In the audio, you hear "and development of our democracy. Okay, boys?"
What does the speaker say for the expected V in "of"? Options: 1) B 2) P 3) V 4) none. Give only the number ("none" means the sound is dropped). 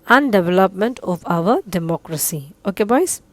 2